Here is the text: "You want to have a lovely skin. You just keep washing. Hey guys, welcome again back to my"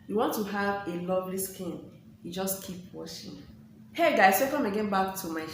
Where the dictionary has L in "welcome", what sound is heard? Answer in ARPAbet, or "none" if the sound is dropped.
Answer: none